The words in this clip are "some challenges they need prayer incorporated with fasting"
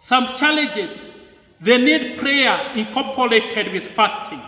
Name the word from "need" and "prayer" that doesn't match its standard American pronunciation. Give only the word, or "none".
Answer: none